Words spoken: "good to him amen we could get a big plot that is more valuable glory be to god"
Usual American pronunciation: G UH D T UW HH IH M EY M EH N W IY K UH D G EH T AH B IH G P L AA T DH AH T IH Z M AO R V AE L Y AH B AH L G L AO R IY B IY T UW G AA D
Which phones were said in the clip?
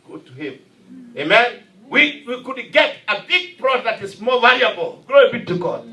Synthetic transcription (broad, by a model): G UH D T UW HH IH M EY M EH N W IY K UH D G EH T AH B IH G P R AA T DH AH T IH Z M AO R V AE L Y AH B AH L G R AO IY B IY T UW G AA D